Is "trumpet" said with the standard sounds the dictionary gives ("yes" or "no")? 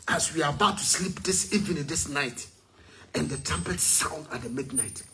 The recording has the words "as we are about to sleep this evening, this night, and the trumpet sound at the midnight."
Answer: no